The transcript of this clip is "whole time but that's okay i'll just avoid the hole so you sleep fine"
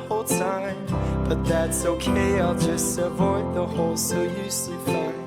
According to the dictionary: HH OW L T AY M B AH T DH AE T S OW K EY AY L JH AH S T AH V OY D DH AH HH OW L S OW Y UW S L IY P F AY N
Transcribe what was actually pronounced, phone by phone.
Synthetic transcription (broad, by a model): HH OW L T AY M B AH T DH AE T S OW K EY AY L JH AH S T AH V OY D DH AH HH OW L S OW Y UW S IY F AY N